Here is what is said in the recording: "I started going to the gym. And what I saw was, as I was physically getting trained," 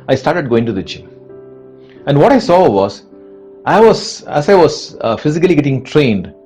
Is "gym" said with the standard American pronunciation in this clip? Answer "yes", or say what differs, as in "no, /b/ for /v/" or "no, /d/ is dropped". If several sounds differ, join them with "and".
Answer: no, /tʃ/ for /dʒ/